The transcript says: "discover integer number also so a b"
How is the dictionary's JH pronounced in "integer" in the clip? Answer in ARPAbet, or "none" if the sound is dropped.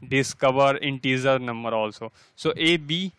Z